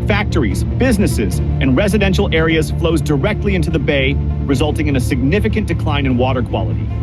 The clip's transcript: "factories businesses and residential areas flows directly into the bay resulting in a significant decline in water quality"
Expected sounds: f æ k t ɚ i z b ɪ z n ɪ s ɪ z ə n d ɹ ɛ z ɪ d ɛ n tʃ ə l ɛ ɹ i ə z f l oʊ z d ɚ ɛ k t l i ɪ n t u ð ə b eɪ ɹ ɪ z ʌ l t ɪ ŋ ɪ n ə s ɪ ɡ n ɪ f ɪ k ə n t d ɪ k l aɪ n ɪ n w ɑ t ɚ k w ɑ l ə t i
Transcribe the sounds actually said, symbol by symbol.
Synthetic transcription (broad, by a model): f æ k t ɚ i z b ɪ z n ɪ s ɪ z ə n ɹ ɛ z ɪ d ɛ n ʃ l ɛ ɹ i ə z f l oʊ z d ɚ ɛ k t l i ɪ n t u ð ə b eɪ ɹ ɪ z ʌ l t ɪ ŋ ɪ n ə s ɪ ɡ n ɪ f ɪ k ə n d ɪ k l aɪ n ɪ n w ɑ t ɚ k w ɑ l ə t i